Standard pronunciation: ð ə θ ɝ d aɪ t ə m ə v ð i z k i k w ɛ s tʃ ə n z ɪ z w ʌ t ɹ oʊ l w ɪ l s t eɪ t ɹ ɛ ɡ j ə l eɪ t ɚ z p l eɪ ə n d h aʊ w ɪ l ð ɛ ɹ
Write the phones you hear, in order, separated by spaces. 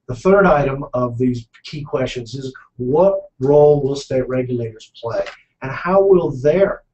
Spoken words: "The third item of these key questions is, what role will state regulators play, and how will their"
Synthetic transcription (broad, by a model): ð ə θ ɝ d aɪ t ə m ə v ð i z k i k w ɛ s tʃ ə n z ɪ z w ʌ t ɹ oʊ l w ɪ l s t eɪ t ɹ ɛ ɡ j ə l eɪ t ɚ z p l eɪ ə n h aʊ w ɪ l ð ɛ ɹ